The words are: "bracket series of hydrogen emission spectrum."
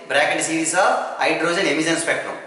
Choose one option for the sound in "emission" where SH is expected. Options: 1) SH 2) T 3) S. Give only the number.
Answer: 3